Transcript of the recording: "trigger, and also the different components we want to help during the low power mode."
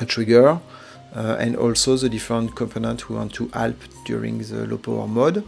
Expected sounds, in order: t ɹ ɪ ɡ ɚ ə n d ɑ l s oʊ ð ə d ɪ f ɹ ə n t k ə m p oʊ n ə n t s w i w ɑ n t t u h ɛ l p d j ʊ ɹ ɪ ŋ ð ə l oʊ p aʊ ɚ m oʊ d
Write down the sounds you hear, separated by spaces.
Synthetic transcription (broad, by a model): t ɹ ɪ ɡ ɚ ə n d ɑ l s oʊ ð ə d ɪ f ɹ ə n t k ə m p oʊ n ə n t w i w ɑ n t t u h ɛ l p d j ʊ ɹ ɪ ŋ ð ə l oʊ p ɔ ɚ m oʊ d